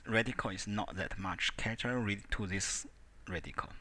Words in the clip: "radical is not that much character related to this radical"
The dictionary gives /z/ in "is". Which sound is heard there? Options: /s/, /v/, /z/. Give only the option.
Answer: /s/